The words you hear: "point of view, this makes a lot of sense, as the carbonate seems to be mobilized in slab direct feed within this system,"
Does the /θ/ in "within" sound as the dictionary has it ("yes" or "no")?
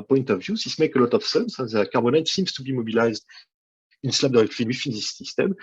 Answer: no